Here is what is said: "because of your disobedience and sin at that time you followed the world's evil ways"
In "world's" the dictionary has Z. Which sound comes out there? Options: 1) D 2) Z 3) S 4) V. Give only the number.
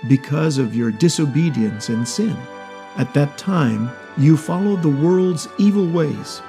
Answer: 2